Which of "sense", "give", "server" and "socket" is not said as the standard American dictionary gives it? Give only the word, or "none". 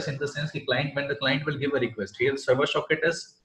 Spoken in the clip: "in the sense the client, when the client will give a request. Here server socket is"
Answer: socket